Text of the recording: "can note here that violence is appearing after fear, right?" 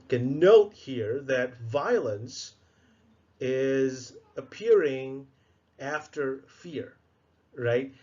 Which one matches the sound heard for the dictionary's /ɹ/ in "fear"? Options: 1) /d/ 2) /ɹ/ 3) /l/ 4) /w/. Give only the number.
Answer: 2